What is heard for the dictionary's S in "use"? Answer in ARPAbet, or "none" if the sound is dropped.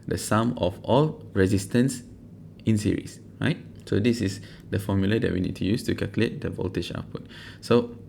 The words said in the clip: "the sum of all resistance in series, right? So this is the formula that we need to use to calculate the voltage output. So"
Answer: S